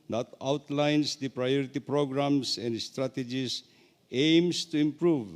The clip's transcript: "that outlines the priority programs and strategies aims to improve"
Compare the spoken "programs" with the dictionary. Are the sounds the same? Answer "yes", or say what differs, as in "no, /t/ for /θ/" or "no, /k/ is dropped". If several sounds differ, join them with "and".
no, /s/ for /z/